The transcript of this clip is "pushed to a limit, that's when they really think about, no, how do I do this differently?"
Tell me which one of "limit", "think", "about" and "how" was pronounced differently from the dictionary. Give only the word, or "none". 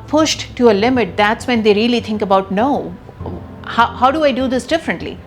think